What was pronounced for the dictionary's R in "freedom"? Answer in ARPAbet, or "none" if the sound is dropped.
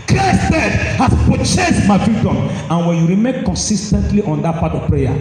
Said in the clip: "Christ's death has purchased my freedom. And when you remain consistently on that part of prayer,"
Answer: none